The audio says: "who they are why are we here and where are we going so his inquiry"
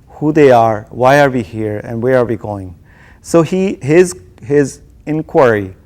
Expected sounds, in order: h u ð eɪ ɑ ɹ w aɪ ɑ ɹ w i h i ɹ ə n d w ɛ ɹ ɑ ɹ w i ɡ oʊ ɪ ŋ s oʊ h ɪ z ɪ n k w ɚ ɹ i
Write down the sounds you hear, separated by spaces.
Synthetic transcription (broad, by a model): h u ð eɪ ɑ ɹ w aɪ ɑ ɹ w i h i ɹ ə n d w ɛ ɹ ɑ ɹ w i ɡ oʊ ɪ ŋ s oʊ h ɪ z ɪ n k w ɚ ɹ i